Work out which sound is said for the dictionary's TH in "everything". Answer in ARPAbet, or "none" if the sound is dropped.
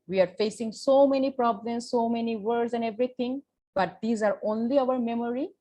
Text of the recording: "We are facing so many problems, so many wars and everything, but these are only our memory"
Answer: T